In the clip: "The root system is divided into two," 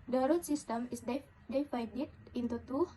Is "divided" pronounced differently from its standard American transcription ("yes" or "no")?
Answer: yes